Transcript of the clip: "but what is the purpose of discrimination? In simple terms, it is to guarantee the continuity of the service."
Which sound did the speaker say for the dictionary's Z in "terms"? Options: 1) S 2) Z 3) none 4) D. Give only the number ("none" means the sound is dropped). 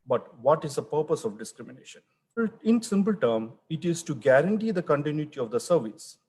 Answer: 3